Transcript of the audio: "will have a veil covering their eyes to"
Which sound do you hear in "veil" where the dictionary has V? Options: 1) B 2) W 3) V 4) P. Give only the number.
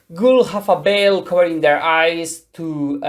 1